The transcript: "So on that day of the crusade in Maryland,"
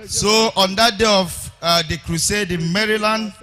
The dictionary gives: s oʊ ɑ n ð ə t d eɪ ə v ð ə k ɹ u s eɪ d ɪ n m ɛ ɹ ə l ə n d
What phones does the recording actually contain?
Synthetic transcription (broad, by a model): s oʊ ɑ n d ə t d eɪ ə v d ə k ɹ u s eɪ d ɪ m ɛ ɹ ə l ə n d